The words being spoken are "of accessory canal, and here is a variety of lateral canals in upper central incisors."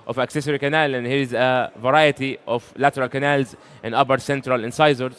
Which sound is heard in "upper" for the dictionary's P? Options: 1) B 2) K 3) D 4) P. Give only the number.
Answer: 1